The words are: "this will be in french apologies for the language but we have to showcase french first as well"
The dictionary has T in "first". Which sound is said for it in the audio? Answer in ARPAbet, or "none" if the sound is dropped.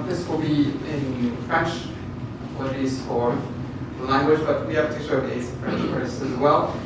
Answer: none